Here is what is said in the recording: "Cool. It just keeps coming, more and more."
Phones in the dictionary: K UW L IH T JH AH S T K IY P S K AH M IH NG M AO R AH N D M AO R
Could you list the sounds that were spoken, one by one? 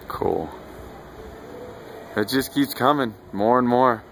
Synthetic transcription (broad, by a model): K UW L IH T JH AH S K IY P S K AH M IH NG M AO R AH N M AO R